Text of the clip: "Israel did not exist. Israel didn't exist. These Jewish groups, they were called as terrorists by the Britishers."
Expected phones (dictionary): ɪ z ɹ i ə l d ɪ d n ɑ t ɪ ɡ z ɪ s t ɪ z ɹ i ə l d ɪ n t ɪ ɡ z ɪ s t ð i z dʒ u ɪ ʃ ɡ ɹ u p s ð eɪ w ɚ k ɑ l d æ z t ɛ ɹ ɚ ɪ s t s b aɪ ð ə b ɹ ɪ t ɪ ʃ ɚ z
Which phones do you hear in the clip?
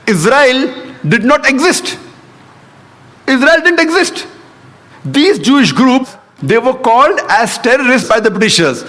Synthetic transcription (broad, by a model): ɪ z ɹ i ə l d ɪ d n ɑ t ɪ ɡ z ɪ s t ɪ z ɹ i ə l d ɪ n t ɪ ɡ z ɪ s t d i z dʒ u ɪ ʃ ɡ ɹ u p s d eɪ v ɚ k ɑ l d æ z t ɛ ɹ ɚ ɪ s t b aɪ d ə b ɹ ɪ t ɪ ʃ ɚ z